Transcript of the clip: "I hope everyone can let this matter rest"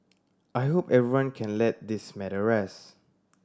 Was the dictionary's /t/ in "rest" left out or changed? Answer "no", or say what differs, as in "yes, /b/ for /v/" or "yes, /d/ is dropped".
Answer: yes, /t/ is dropped